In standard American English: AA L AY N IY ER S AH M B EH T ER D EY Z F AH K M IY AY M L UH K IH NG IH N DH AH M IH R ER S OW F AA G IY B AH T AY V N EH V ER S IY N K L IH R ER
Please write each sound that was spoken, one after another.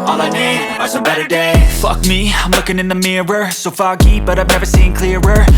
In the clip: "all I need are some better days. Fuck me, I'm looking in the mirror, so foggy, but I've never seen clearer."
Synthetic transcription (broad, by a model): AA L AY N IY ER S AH B EH T ER D EY F AH K M IY AY M L UH K IH NG IH N DH AH M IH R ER S OW F AA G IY B AH T AY V N EH V ER S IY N K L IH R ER